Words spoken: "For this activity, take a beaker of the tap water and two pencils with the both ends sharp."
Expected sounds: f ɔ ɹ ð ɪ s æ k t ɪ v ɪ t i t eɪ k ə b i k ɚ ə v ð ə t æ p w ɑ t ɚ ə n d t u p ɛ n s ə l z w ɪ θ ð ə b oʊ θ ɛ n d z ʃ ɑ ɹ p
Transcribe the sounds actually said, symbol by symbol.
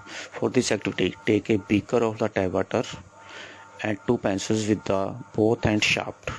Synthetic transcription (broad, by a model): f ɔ ɹ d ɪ s æ k t ɪ v ɪ t i t eɪ k ə b i k ɚ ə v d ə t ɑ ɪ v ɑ t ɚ ə n d t u p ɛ n s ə z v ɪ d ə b oʊ t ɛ n d ʃ ɑ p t